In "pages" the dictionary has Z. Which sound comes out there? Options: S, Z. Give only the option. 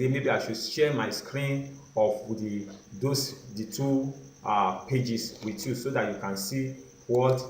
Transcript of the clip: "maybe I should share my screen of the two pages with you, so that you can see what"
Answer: S